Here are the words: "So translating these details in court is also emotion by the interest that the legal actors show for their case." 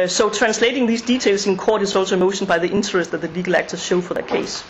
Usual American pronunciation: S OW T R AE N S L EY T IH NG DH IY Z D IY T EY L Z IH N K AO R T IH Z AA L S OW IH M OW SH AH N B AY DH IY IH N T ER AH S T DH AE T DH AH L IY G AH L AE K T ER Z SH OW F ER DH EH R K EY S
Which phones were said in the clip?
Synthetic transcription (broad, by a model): S OW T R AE N S L EY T IH NG DH IY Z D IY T EY L S IH N K AO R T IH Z AA L S OW IH M OW SH AH N B AY DH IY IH N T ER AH S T DH AE T DH AH L IY G AH L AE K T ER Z SH OW F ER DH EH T K EY S